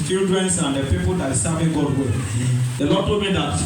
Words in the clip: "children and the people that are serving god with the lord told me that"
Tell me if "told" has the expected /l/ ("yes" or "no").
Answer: no